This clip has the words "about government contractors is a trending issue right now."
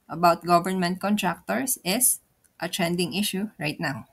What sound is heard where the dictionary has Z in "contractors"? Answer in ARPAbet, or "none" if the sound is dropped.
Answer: S